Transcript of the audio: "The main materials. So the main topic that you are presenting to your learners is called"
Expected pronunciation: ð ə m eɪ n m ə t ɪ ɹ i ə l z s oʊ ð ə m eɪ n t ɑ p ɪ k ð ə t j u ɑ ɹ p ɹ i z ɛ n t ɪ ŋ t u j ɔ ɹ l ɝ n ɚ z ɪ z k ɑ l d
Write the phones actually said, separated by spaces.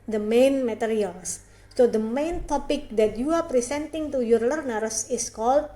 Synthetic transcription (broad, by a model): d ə m eɪ n m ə t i ɹ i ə l s oʊ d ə m eɪ n t ɑ p ɪ k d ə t j u ɑ ɹ p ɹ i s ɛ n t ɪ ŋ t u j ɔ ɹ l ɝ n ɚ s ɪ s k ɑ l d